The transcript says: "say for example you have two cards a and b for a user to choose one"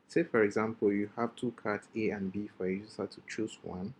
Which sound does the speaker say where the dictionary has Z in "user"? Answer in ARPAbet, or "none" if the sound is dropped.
S